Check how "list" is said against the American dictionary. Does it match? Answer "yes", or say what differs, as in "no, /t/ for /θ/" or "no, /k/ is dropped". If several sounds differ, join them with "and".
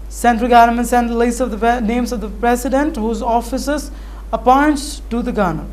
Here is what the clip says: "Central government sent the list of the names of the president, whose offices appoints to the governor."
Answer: no, /t/ is dropped